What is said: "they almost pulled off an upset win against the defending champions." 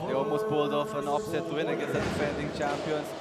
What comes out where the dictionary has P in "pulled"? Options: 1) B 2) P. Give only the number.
1